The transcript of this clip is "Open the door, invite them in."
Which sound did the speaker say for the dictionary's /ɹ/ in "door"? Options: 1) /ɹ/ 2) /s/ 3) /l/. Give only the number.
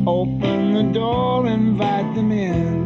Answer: 1